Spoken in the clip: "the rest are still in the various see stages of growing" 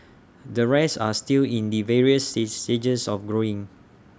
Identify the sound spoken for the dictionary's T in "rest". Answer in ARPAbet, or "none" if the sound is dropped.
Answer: none